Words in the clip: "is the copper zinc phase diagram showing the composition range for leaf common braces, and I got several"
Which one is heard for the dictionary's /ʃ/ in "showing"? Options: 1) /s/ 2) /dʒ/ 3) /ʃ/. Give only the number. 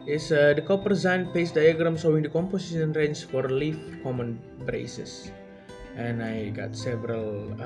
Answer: 1